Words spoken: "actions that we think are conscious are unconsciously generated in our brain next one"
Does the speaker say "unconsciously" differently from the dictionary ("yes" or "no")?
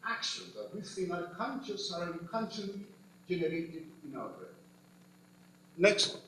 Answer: yes